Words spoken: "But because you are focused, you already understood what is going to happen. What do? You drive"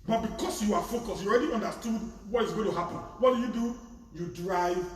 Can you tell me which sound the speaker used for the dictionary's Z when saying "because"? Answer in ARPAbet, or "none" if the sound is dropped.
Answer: S